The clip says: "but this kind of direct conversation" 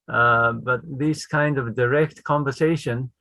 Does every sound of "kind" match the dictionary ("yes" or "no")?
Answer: yes